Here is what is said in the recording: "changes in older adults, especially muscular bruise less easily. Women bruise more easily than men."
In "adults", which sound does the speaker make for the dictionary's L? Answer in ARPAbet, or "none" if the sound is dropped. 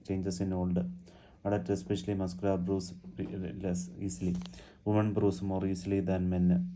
none